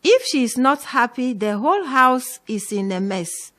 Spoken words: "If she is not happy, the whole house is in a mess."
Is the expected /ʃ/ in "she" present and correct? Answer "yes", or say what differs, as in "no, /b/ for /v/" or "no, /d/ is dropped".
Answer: yes